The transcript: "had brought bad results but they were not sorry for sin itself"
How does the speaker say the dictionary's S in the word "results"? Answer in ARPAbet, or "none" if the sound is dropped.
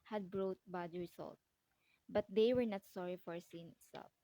none